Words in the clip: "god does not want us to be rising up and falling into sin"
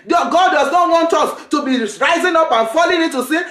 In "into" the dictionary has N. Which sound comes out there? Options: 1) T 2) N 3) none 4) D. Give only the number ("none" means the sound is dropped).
3